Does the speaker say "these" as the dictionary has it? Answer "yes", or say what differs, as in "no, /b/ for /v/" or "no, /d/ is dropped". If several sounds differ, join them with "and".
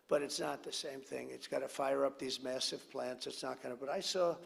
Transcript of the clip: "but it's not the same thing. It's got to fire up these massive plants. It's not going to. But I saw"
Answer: yes